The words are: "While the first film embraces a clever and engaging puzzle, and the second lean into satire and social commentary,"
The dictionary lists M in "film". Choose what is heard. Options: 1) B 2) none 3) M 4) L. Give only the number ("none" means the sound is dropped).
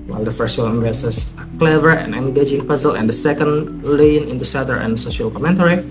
2